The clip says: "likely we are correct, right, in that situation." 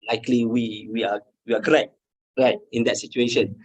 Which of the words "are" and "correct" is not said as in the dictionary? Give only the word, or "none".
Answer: are